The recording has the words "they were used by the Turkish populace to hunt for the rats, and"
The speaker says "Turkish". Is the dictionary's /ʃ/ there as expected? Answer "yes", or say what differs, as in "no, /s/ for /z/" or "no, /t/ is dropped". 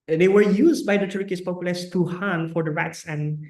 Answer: no, /s/ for /ʃ/